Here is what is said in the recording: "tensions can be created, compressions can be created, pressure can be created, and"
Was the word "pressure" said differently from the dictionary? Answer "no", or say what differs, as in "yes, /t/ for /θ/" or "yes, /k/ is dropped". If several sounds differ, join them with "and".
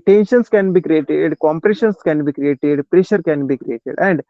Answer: no